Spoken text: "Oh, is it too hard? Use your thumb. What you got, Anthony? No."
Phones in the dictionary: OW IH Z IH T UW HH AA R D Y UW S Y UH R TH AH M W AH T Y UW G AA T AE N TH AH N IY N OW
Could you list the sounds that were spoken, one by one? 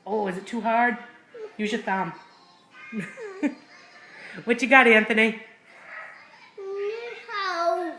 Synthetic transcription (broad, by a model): OW IH Z IH T UW HH AA R D Y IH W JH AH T TH AH M W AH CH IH G AA T AE N TH AH N IY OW